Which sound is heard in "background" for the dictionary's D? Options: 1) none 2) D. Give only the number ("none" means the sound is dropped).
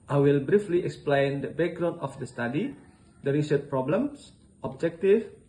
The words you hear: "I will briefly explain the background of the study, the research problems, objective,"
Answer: 1